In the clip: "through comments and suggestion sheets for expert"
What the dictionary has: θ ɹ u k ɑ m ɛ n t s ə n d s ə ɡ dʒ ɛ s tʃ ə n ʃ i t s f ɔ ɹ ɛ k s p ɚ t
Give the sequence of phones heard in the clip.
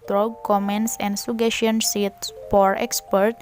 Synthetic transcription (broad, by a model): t ɹ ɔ k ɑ m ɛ n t s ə n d s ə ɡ ɛ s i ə n s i t s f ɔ ɹ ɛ k s p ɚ t